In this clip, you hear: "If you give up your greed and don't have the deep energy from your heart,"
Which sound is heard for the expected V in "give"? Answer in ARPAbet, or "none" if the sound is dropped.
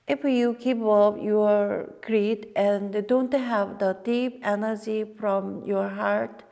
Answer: P